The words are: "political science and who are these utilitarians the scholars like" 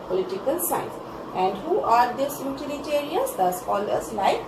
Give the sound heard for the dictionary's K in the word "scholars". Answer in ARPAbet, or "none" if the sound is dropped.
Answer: none